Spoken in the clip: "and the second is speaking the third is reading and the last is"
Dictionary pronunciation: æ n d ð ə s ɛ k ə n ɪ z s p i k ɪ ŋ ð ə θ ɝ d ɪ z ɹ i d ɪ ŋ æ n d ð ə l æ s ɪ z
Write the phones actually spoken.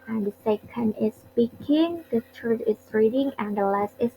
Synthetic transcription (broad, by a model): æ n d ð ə s ɛ k ə n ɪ s p i k ɪ ŋ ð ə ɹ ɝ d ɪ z ɹ i d ɪ ŋ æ n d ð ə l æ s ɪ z